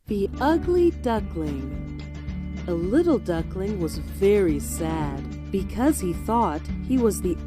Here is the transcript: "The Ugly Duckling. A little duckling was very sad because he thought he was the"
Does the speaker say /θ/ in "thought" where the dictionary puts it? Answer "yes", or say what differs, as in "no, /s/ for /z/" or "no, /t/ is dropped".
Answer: yes